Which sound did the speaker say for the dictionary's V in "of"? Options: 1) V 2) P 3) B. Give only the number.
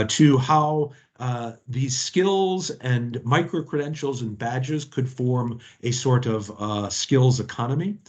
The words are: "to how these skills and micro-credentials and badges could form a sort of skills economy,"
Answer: 1